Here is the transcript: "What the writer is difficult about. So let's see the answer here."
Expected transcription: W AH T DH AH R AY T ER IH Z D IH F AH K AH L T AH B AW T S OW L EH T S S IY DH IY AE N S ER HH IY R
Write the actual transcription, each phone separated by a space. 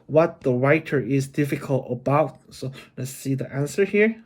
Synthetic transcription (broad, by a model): W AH T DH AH R AY T ER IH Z D IH F AH K AH L T AH B AW T S OW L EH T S S IY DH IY AE N S ER HH IY R